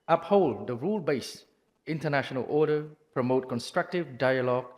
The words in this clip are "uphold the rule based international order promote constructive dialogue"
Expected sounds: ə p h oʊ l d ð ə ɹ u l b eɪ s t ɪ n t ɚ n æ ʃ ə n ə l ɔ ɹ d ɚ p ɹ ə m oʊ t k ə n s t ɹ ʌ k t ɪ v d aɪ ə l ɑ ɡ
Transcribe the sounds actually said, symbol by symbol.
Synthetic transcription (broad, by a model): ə p h oʊ l d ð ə ɹ u l b eɪ s ɪ n t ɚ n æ ʃ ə n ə l ɔ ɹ d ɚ p ɹ ə m oʊ t k ə n s t ɹ ʌ k t ɪ v d aɪ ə l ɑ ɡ